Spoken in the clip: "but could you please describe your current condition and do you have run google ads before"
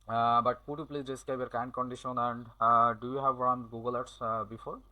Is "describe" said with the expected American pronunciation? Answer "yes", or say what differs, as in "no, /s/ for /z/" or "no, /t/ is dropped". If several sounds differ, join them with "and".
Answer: no, /ɹ/ is dropped